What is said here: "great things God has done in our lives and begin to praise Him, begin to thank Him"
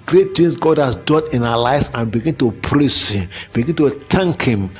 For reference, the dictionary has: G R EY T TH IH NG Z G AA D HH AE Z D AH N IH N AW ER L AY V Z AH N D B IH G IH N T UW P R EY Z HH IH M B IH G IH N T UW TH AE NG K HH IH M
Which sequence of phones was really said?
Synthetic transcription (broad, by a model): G R EY T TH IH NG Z G AA D HH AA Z D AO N IH N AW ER L AY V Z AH N B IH G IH N T UW P R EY S HH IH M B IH G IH N T UW T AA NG K HH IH M